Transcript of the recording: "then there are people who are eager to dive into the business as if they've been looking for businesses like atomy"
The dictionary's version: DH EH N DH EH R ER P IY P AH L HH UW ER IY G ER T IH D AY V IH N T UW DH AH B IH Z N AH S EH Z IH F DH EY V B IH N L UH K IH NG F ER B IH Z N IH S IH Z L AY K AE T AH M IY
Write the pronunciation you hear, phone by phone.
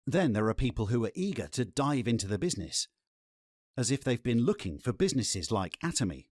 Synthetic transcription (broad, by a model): DH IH N DH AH R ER P IY P AH L HH UW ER IY G ER T IH D AY V IH N T UW DH AH B IH Z N AH S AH Z IH F DH EY V B IH N L UH K IH NG F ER B IH Z N IH S IH Z L AY K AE T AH M IY